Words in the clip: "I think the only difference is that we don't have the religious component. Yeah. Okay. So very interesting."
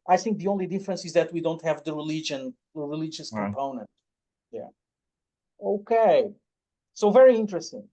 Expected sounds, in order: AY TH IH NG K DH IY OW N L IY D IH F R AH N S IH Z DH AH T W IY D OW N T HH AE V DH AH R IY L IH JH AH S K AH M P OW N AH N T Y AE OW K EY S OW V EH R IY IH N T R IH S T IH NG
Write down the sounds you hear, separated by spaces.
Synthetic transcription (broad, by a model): AY TH IH NG K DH IY OW N L IY D IH F R AH N S IH Z DH AH T W IY D OW N T HH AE V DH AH R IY L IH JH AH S K AH M P OW N AH N T Y AE OW K EY S OW V EH R IY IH N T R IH S T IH NG